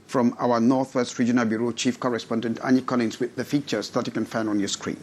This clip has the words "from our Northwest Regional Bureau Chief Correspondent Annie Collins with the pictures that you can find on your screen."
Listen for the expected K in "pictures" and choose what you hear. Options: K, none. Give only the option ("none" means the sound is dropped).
none